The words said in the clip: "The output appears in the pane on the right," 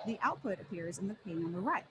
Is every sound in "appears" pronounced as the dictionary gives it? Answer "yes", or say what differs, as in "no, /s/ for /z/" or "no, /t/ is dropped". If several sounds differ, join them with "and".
yes